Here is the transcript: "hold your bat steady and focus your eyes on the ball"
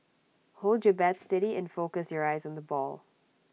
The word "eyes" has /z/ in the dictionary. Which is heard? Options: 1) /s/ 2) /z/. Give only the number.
2